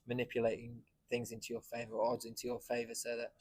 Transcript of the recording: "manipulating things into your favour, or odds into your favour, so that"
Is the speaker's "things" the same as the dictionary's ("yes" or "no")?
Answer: yes